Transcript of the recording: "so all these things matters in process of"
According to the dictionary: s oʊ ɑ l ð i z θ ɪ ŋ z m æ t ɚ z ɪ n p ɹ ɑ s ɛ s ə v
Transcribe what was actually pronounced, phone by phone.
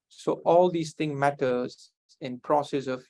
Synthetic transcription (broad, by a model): s oʊ ɑ l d i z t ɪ ŋ m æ t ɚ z ɪ n p ɹ ɑ s ɛ s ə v